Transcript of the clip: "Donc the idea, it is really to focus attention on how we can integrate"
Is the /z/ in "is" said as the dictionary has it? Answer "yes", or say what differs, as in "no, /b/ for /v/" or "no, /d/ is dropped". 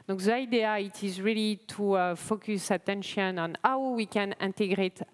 yes